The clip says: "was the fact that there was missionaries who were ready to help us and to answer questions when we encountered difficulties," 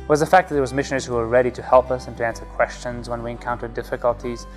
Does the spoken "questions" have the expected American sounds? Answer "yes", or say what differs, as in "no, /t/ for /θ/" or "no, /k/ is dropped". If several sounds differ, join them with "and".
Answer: yes